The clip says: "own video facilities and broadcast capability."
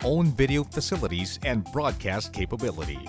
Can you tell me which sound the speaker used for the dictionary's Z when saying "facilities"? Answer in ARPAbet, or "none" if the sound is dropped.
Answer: Z